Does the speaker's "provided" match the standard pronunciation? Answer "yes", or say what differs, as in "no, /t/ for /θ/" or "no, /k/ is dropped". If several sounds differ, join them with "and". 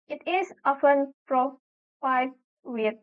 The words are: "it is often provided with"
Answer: no, /f/ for /v/